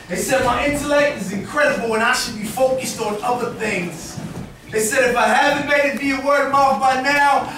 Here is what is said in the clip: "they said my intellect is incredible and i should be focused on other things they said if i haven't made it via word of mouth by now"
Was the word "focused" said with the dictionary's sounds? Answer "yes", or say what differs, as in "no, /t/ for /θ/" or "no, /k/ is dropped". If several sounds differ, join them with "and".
yes